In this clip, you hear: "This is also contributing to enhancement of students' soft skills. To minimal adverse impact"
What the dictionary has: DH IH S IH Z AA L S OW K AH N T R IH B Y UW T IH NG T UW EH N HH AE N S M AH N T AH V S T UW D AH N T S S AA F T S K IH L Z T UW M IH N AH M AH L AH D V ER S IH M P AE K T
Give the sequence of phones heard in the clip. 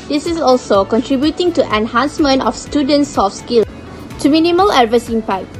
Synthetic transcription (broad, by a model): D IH S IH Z AA L S OW K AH N T R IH B Y UW T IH NG T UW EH N HH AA N S M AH N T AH F S T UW D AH N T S S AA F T S K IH L T UW M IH N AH M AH L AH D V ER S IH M P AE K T